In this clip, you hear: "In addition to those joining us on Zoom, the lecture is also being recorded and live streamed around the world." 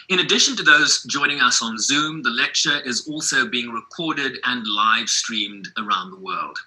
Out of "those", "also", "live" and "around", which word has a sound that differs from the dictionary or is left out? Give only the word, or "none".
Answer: none